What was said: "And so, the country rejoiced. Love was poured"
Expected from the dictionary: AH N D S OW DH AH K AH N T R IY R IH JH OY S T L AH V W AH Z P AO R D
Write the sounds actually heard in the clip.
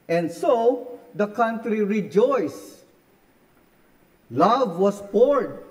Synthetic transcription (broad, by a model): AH N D S OW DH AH K AH N T R IY R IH JH OY S L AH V W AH S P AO R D